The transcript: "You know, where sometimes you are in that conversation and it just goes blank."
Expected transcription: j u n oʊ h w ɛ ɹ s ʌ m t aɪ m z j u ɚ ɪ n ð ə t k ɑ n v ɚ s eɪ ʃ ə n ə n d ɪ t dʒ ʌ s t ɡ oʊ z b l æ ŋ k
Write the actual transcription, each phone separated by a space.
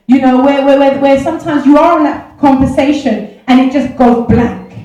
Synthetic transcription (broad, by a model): j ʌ n oʊ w w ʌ w s ʌ m t aɪ m z j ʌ ɚ ɪ n ð ə t k ɑ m v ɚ s eɪ ʃ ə n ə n ɪ t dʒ ʌ s ɡ oʊ z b l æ ŋ k